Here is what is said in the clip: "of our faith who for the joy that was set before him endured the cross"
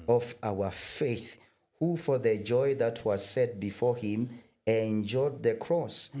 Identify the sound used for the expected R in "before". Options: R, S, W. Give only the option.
R